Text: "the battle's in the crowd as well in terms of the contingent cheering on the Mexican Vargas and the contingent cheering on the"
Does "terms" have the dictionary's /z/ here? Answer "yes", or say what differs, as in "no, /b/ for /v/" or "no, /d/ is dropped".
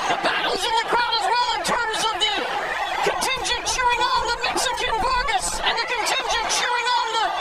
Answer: yes